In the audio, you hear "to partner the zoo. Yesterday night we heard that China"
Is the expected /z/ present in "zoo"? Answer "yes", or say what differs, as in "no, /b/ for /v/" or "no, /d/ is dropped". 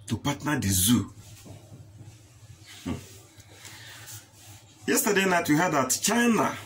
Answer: yes